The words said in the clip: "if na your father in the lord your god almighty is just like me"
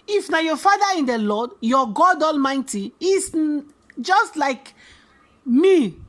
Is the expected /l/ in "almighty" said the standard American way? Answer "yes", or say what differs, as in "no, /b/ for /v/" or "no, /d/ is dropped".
yes